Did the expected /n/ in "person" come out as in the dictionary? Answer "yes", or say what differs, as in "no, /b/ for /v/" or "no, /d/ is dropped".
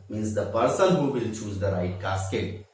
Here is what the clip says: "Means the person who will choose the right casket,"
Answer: no, /l/ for /n/